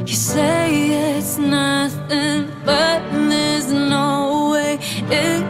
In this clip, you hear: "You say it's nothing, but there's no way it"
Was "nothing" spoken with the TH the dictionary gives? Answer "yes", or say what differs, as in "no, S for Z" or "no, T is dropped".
yes